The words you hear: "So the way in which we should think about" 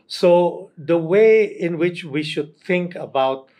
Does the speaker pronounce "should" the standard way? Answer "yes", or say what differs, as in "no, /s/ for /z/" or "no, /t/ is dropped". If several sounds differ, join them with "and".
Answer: yes